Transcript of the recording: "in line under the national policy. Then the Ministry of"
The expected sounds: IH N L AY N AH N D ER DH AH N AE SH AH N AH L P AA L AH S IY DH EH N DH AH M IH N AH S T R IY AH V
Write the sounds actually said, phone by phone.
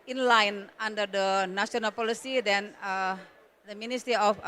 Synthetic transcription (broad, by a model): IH N L AY N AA N D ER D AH N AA S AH N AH L P AA L AH S IY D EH N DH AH M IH N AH S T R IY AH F